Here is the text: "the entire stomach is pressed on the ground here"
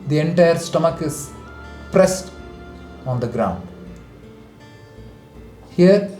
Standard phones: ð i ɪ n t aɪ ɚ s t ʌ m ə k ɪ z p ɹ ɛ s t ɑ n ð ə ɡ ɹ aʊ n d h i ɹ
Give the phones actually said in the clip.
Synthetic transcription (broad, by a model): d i ɪ n t aɪ ɚ s t ʌ m ə k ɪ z p ɹ ɛ s t ɑ n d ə ɡ ɹ aʊ n d h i ɹ